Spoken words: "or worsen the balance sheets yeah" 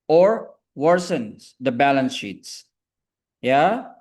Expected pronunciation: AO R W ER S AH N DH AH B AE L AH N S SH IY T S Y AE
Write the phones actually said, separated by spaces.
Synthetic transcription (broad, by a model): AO R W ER S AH N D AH B AE L AH N S SH IY T S Y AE